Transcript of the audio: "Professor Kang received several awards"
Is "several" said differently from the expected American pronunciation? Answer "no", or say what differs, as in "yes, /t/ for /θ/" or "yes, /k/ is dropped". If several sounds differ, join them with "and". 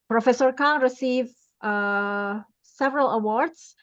no